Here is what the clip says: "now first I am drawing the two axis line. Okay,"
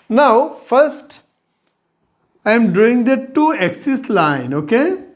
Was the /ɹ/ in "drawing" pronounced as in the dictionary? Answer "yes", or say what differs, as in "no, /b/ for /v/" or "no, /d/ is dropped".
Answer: no, /ɹ/ is dropped